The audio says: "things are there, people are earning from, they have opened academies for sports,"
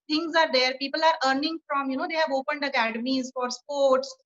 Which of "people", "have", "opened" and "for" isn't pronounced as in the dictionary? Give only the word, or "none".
none